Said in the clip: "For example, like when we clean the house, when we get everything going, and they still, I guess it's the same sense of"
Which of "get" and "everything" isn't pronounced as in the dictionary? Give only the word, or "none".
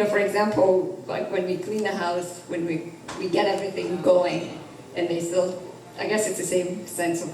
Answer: none